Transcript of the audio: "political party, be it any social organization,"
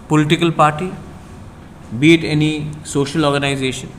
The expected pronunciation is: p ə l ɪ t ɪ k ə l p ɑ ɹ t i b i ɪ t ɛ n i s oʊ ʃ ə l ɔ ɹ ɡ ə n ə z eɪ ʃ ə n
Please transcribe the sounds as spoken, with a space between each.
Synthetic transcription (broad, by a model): p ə l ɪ t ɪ k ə l p ɑ ɹ t i b i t ɛ n i s oʊ ʃ ə l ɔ ɹ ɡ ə n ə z eɪ ʃ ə n